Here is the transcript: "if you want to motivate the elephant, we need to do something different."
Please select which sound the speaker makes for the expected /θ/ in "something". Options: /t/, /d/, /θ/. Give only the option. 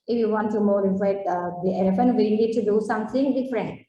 /t/